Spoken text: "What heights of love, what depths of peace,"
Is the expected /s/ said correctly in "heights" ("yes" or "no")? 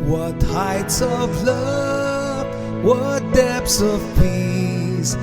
yes